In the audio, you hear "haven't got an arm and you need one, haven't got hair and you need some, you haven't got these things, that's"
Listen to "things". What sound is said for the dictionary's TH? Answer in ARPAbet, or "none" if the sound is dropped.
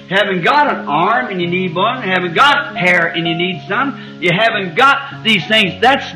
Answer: TH